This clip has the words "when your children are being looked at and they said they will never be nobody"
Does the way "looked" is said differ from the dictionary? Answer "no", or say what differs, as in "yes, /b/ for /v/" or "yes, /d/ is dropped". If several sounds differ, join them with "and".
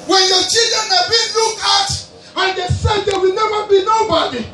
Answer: yes, /t/ is dropped